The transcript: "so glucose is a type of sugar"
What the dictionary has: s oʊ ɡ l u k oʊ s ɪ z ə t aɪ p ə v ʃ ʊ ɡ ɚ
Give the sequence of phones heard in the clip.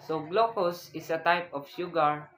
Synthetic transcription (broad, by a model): s oʊ ɡ l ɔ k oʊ s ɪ s ə t aɪ p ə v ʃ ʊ ɡ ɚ